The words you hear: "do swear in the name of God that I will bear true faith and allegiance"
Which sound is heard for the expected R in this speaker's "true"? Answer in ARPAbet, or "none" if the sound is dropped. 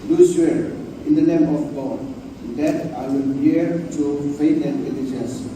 none